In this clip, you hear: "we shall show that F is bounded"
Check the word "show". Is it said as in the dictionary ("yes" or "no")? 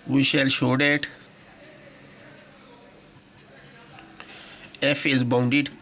yes